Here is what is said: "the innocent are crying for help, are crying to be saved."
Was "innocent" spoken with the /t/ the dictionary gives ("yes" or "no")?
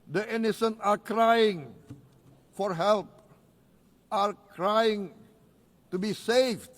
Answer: no